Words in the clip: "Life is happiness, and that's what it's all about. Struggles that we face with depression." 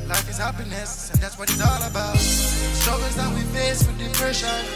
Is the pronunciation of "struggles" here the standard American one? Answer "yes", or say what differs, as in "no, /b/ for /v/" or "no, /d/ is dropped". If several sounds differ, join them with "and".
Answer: no, /l/ is dropped